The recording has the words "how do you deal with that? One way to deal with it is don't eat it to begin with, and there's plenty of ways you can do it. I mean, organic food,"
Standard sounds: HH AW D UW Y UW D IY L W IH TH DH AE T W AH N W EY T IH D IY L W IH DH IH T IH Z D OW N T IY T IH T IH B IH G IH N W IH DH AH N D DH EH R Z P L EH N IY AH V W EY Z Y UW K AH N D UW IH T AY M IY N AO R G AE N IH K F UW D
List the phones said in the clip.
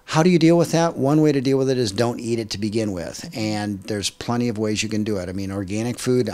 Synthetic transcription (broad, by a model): HH AW D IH Y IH D IY L W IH DH AE T W AH N W EY T IH D IY L W IH DH IH T IH Z D OW N T IY T IH T IH B IH G IH N W IH DH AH N DH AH R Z P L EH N IY AH V W EY Z Y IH K AH N D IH IH T AY M IY N AO R G AE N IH K F UW D